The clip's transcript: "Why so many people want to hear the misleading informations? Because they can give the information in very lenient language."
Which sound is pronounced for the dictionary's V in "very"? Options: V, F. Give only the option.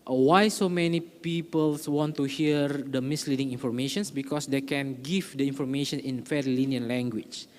F